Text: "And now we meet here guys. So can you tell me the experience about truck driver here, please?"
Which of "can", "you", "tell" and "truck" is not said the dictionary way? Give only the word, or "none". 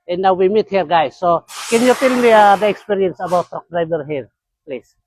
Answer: truck